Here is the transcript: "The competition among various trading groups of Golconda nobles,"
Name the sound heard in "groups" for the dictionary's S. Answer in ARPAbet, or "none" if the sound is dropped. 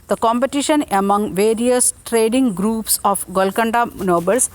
S